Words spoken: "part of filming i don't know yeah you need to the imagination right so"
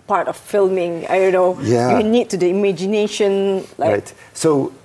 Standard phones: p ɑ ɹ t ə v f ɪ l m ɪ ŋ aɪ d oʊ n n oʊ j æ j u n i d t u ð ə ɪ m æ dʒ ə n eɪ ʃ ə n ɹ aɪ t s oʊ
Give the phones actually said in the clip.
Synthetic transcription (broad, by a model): p ɑ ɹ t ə f f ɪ l m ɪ ŋ aɪ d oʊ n n oʊ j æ j u n i d t u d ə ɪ m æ dʒ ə n eɪ ʃ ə n l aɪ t s oʊ